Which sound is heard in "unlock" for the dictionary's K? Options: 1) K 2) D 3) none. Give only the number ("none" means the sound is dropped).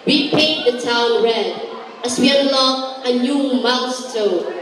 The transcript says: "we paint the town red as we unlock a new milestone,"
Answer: 3